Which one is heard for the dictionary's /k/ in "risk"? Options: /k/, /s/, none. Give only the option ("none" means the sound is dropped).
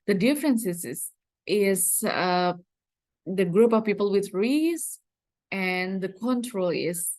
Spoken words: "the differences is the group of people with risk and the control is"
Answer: none